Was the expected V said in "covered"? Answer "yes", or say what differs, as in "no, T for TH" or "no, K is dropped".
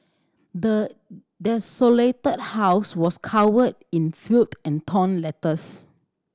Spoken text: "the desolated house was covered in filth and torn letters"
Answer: no, W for V